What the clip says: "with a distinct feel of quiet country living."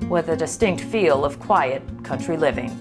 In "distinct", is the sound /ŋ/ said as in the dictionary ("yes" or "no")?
yes